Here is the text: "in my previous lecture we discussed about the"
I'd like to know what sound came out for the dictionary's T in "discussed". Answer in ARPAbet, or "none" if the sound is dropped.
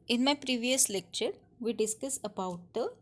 none